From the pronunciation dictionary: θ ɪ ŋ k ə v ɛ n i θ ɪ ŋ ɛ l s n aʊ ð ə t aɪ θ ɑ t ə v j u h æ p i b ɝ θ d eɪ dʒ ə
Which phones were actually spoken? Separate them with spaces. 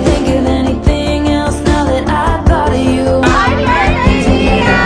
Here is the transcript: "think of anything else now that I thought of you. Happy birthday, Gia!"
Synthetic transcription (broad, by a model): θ ɪ ŋ k ə v ɛ n i θ ɪ ŋ ɛ l s n aʊ ð ə t aɪ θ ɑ t ə v j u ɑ i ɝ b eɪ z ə